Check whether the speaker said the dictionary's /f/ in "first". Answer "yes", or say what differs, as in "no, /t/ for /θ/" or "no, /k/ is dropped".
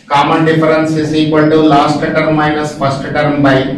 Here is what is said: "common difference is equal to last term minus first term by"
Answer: no, /p/ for /f/